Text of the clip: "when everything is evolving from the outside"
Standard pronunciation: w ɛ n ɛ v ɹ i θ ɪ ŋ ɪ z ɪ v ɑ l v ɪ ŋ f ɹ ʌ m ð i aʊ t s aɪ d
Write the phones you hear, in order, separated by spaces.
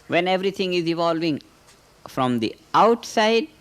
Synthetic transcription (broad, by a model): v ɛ n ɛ v ɹ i t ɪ ŋ ɪ z ɪ v ɑ l v ɪ ŋ f ɹ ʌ m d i aʊ t s aɪ d